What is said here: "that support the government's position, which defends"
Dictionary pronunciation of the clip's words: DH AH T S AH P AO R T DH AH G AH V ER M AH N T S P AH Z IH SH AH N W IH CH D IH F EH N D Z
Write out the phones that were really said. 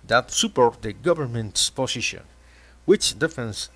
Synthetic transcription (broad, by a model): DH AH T S AH P AO R T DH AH G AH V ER M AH N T S P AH S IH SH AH N W IH CH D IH F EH N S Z